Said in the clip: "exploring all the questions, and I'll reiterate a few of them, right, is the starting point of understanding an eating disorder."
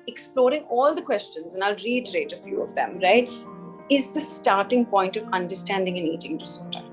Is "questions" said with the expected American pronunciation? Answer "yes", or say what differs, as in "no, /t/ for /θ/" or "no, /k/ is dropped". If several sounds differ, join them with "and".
yes